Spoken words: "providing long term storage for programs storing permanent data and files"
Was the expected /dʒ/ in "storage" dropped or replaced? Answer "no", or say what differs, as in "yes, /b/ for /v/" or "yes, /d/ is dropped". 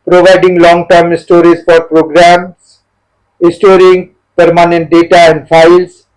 yes, /z/ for /dʒ/